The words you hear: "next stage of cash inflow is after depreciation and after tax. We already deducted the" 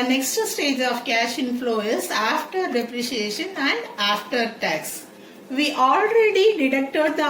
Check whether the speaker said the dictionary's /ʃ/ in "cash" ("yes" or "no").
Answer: yes